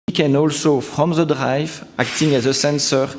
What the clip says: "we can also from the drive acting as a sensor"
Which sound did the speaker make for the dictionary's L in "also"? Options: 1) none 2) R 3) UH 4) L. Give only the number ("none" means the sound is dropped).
4